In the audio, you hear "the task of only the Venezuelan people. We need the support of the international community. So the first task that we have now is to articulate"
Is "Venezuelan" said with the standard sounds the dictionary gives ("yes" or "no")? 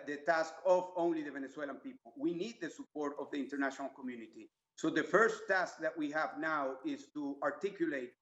no